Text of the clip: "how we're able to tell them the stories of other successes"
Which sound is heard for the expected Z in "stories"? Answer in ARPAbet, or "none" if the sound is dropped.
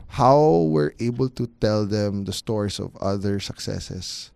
S